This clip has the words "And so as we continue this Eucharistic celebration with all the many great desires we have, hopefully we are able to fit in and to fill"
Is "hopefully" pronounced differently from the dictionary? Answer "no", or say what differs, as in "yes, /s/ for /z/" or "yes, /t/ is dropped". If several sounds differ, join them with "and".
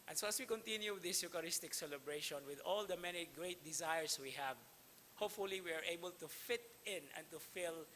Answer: no